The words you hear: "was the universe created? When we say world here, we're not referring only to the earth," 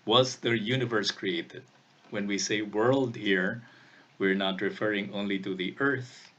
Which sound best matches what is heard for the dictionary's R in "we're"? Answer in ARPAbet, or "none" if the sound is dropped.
R